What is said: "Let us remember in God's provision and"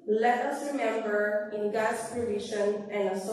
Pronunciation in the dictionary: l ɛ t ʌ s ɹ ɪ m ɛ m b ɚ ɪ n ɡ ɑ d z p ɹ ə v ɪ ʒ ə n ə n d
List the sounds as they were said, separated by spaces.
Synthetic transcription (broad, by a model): l ɛ t ʌ s ɹ ɪ m ɛ m b ɚ ɪ n ɡ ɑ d s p ɹ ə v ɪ ʃ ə n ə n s